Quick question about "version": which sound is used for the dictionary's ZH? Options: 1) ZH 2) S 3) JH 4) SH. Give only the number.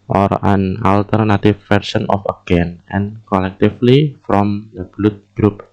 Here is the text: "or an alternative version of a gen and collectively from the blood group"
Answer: 2